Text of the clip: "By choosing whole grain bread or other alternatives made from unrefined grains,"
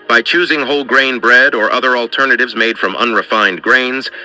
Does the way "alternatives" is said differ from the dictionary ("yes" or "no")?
no